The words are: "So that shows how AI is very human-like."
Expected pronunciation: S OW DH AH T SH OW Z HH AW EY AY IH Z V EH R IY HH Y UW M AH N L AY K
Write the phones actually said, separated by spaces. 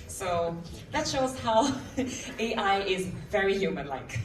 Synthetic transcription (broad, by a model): S OW DH AH T SH OW Z HH AW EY AY IH Z V EH R IY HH Y UW M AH N L AY K